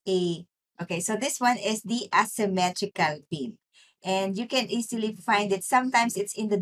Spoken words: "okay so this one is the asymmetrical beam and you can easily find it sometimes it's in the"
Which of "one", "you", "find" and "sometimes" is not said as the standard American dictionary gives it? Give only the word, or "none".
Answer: sometimes